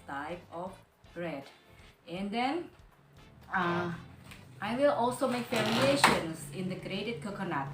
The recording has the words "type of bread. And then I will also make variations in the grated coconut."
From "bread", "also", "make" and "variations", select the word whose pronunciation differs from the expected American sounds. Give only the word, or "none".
variations